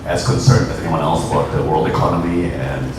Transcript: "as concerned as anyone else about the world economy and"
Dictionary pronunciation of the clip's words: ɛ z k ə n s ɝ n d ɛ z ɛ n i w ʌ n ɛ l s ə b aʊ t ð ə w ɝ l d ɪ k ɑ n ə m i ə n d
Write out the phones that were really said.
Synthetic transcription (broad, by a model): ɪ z k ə n s ɝ n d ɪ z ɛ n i w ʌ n ɛ l s ə b aʊ t ð ə w ɝ l d ɪ k ɑ n ə m i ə n